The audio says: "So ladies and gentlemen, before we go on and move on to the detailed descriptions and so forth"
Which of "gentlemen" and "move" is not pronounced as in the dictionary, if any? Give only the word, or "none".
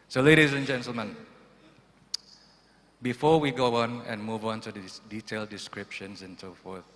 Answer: none